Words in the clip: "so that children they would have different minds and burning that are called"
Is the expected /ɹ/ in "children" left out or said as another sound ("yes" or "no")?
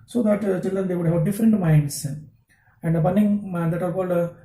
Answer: yes